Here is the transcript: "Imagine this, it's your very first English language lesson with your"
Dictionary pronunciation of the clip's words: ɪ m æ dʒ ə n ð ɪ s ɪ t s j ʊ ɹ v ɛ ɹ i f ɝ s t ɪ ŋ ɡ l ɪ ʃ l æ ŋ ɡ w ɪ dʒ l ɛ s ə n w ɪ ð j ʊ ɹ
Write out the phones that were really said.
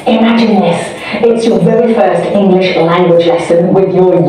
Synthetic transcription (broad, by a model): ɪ m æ dʒ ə n ð ɪ s ɪ t s j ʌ ɹ v ɛ ɹ i f ɝ s t ɪ ŋ ɡ l ɪ ʃ l æ ŋ ɡ w ɪ dʒ l ɛ s ə n w ɪ ð j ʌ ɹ